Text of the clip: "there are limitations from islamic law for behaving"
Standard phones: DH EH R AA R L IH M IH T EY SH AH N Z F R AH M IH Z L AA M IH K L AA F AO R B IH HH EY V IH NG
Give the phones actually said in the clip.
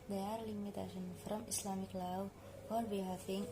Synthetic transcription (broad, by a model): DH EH AA R L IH M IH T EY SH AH N F R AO M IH S L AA M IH K L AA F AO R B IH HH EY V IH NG